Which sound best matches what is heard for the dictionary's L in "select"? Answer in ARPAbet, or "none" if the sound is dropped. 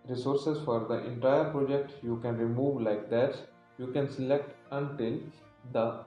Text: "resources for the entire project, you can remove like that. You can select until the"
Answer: L